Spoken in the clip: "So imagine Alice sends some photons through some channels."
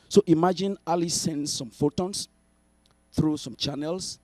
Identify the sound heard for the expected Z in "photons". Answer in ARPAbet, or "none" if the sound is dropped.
S